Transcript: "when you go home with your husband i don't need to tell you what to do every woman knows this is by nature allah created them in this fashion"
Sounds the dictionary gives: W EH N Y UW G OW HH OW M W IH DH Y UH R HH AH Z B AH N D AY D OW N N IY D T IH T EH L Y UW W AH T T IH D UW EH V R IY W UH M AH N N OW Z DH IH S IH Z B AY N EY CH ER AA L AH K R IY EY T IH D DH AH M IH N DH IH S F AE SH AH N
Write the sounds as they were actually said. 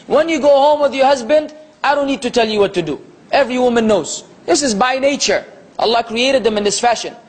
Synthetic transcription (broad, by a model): W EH N Y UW G OW HH OW M W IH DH Y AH R HH AH Z B AH N D AY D OW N N IY D T IH T EH L Y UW W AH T T IH D UW EH V R IY W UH M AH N N OW Z DH IH S IH Z B AY N EY CH ER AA L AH K R IY EY T IH D DH AH M IH N DH IH S F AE SH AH N